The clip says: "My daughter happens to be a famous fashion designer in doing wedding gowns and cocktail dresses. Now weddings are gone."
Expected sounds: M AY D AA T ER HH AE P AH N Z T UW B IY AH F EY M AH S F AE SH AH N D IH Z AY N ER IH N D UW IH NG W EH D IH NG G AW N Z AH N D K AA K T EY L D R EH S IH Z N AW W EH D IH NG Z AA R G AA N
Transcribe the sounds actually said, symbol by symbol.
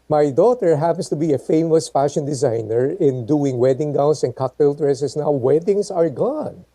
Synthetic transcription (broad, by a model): M AY D AA T ER HH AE P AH N S T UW B IY AH F EY M AH S F AE SH AH N D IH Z AY N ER IH N D UW IH NG W EH D IH NG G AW N S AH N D K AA K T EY L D R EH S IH S N AW W EH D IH NG S AA R G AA N